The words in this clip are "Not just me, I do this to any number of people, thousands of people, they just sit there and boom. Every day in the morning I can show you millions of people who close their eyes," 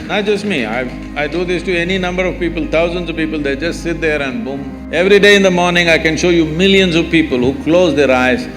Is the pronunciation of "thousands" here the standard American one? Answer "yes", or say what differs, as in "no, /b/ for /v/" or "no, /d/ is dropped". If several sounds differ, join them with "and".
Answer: no, /t/ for /θ/